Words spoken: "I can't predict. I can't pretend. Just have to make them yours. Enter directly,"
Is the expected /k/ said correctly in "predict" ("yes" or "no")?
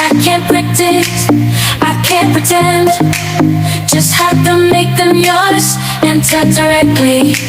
no